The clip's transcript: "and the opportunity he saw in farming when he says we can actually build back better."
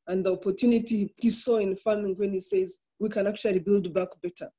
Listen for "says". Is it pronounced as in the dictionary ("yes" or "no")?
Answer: yes